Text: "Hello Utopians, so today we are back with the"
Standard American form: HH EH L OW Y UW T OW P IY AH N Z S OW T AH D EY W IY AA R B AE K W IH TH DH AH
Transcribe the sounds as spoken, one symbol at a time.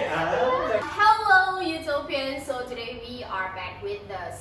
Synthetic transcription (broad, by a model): HH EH L OW Y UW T OW P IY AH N S OW T AH D EY W IY AA R B AE K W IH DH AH